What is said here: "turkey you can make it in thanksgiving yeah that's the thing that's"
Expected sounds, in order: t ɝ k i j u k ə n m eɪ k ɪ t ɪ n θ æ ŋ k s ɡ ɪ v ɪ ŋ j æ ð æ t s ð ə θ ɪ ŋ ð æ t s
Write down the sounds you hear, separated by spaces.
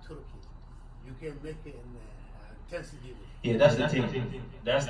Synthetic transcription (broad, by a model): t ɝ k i j u k ə n m eɪ k ɪ t ɪ n t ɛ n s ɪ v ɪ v j æ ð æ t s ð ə t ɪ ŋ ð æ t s